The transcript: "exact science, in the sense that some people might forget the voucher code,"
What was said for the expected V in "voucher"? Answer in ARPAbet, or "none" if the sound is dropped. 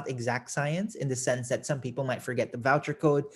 V